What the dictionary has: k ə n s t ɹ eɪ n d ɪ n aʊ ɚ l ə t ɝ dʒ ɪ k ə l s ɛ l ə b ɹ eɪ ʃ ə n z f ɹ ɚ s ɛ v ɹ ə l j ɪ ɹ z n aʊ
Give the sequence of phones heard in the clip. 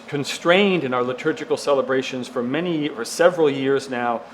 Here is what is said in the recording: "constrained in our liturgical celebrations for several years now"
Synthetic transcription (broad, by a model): k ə n s t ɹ eɪ n d ɪ n aʊ ɚ l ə t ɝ dʒ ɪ k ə l s ɛ l ə b ɹ eɪ ʃ ə n z f ɹ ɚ s ɛ v ɹ ə l j ɪ ɹ z n aʊ